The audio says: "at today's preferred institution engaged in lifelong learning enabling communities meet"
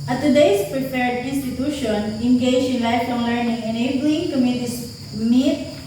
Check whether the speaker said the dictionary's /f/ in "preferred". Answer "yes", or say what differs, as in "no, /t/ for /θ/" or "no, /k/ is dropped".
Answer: no, /p/ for /f/